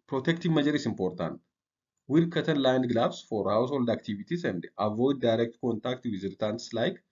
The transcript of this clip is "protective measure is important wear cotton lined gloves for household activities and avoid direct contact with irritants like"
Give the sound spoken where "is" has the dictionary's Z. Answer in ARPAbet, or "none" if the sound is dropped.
S